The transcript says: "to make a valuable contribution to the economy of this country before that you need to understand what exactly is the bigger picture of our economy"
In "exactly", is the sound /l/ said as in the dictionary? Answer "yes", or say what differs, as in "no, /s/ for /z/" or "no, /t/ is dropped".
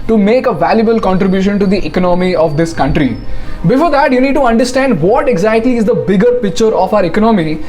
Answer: no, /l/ is dropped